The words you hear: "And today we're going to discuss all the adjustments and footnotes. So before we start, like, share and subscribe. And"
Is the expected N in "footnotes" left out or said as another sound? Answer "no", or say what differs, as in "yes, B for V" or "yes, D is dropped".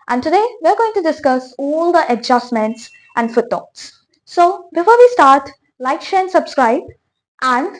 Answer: yes, N is dropped